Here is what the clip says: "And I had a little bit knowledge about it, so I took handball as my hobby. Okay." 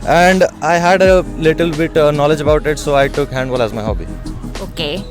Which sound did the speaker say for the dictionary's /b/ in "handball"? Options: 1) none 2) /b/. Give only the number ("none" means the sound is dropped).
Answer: 1